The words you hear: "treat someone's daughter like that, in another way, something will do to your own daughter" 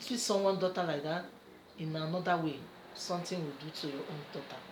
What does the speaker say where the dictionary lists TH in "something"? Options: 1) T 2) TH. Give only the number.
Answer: 1